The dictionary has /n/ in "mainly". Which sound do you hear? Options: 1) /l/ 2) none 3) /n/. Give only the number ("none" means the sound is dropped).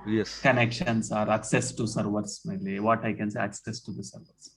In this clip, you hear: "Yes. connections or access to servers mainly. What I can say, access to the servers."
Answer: 2